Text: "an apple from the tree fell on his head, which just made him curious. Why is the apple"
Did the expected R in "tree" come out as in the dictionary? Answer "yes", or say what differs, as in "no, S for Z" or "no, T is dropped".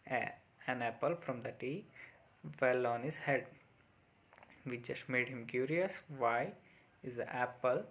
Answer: no, R is dropped